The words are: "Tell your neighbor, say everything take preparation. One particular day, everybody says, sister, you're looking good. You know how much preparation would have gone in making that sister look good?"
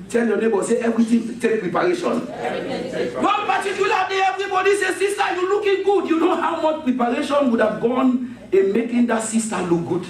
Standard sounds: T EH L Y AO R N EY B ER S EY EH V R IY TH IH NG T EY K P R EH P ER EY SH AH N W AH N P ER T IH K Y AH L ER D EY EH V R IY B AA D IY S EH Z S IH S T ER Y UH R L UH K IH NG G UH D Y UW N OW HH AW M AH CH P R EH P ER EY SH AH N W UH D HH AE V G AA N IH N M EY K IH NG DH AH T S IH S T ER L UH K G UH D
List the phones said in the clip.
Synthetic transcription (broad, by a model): T EH L Y AO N EY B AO S EY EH V R IY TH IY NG T EY K P R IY P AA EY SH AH N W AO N P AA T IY K Y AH L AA D EY EH V R IY B AA D IY S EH S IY S T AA Y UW L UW K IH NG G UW D Y UW N OW HH AW M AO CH P R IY P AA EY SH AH N W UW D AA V G AA N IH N M EY K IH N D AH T S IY S T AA L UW K G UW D